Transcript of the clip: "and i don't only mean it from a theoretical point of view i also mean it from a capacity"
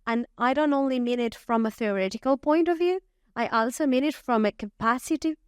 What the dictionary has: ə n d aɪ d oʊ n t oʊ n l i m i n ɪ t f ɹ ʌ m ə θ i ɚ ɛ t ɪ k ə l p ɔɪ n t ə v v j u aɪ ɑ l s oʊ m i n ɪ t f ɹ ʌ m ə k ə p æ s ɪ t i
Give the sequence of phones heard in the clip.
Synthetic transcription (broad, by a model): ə n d aɪ d oʊ n t oʊ n l i m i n ɪ t f ɹ ʌ m ə θ i ɚ ɛ t ɪ k ə l p ɔɪ n t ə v v j u aɪ ɑ l s oʊ m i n ɪ t f ɹ ʌ m ə k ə p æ s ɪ t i